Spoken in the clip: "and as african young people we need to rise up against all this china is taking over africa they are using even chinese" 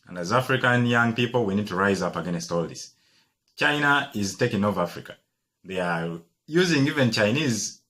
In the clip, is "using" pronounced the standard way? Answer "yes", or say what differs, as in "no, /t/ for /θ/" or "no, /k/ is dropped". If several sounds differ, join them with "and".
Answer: yes